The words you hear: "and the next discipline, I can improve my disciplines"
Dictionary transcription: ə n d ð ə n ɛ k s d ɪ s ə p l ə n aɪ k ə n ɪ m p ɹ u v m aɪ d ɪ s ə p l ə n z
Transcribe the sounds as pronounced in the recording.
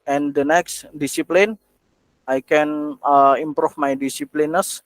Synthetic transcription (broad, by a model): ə n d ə n ɛ k s d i s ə p l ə n aɪ k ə n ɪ m p ɹ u f m aɪ d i s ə p l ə n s